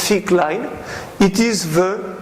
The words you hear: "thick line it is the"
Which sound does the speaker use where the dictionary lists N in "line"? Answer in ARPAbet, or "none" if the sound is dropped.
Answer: N